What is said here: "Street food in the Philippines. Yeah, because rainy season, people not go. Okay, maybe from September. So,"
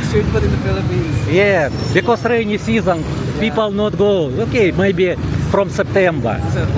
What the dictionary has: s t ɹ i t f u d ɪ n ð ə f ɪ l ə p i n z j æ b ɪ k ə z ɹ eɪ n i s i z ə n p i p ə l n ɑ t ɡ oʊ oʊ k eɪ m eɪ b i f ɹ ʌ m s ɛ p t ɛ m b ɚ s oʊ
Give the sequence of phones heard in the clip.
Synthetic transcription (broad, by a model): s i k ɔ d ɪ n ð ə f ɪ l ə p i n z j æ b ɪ k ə s ɹ eɪ n i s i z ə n p i p ə l n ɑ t ɡ oʊ oʊ k eɪ m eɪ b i f ɹ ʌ m s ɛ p t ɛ m b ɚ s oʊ